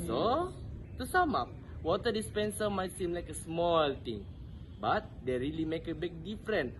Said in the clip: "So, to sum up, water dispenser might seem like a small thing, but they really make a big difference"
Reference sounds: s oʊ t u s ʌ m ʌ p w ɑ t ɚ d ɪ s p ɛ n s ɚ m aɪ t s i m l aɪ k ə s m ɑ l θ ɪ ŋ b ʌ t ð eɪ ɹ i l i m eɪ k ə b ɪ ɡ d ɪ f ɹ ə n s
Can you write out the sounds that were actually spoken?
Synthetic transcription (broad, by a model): s oʊ t u s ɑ m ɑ p w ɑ t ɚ d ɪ s p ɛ n s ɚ m aɪ t s i m l aɪ k ə s m ɑ l t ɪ ŋ b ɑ t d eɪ ɹ i l i m eɪ k ə b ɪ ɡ d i f ɹ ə n